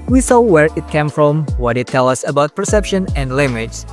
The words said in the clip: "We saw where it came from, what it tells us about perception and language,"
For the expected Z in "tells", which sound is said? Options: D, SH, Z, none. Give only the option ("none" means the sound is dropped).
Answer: none